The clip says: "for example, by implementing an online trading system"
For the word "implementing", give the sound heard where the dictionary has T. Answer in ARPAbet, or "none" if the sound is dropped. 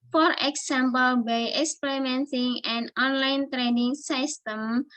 S